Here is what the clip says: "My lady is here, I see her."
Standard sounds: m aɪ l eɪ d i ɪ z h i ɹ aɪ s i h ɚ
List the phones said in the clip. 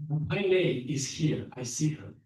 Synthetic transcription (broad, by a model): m aɪ n eɪ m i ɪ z h i ɹ aɪ s i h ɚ